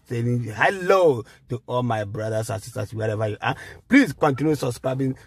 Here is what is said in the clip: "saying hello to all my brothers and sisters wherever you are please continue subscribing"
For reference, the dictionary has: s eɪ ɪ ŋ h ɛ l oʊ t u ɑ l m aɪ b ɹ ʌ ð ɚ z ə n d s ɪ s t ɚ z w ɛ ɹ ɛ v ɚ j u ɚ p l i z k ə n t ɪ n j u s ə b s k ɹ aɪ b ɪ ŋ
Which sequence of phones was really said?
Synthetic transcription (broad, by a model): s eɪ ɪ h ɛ l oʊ t u ɑ l m aɪ b ɹ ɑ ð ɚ s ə n s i s t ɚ s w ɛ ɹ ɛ v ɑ j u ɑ p l i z k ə n t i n j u s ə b s k ɹ aɪ b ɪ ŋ